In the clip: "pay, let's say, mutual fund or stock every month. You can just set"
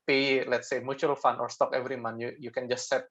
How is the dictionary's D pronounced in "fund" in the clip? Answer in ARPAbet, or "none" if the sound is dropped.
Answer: none